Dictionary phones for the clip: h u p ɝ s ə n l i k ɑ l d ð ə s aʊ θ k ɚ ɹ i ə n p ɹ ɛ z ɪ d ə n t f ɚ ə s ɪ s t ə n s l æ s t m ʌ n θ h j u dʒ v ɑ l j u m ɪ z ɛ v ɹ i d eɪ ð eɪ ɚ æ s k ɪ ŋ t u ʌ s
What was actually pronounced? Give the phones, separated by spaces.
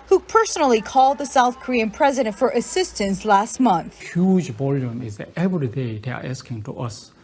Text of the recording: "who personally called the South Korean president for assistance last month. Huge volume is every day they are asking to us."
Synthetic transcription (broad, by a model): h u p ɝ s ə n l i k ɑ l d ð ə s aʊ θ k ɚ ɹ i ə n p ɹ ɛ z ɪ d ə n t f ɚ ə s ɪ s t ə n s l æ s t m ʌ n θ h j u dʒ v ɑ l j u m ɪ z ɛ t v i d eɪ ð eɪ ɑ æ s k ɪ ŋ t u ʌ s